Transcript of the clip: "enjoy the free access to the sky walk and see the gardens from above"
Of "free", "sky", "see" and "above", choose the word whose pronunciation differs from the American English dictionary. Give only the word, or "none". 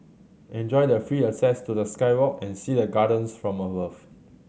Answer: above